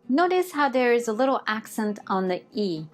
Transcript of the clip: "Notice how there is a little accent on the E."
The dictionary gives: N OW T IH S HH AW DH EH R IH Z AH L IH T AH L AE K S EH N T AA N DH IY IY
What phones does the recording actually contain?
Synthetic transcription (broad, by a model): N OW T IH S HH AW DH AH R IH Z AH L IH T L AE K S EH N T N DH IY IY